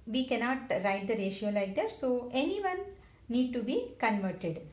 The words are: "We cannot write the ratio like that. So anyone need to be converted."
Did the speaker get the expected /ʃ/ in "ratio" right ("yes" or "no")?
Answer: yes